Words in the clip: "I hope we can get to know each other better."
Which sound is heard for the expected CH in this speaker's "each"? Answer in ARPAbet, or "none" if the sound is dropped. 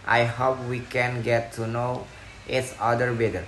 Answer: S